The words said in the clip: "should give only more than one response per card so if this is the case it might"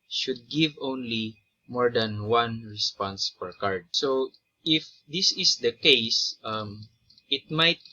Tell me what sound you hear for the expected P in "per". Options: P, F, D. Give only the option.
F